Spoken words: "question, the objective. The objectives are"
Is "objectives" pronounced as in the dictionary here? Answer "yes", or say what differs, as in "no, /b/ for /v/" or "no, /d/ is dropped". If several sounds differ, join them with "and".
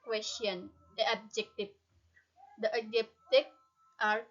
no, /b/ is dropped